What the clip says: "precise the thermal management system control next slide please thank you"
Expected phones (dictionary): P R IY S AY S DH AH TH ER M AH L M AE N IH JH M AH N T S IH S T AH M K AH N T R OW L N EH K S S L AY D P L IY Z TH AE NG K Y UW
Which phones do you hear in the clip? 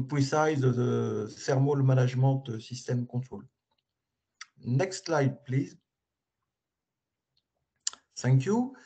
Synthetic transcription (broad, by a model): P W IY S AY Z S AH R M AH L M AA N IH ZH M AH T S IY S T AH M K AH T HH OW L N EH K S S L AY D P L IY Z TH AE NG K Y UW